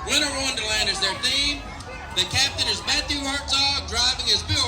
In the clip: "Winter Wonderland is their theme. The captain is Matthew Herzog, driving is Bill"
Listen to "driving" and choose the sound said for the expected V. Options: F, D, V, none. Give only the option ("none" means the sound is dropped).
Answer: V